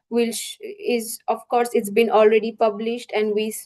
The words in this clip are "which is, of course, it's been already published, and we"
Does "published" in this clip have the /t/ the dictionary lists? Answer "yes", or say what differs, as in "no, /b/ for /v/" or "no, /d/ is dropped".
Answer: yes